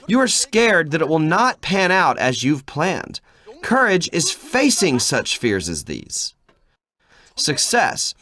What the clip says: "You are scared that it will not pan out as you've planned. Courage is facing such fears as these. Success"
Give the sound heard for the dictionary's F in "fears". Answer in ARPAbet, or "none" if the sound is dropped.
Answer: F